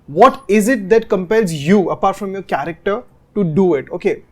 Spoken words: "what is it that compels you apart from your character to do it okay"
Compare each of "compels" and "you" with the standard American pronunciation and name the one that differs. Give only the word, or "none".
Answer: none